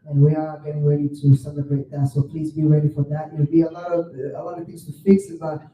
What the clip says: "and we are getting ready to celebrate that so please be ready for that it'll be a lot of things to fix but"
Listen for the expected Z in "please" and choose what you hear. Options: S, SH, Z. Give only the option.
Z